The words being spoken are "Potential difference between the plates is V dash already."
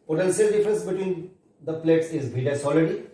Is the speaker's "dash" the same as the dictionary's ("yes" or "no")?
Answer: no